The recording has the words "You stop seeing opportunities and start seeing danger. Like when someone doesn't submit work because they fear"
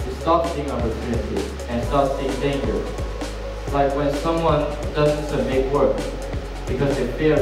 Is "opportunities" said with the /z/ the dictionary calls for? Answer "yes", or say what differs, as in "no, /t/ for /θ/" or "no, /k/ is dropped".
no, /z/ is dropped